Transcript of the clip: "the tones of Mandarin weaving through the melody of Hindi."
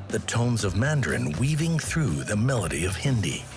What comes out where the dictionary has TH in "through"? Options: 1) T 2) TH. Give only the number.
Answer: 2